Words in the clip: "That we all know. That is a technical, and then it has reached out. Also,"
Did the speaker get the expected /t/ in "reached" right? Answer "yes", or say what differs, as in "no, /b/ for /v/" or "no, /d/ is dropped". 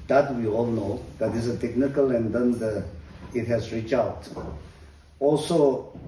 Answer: no, /t/ is dropped